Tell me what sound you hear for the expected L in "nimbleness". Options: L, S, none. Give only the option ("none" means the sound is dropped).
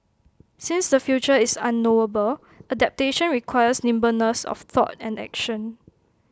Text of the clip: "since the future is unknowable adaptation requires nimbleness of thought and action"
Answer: none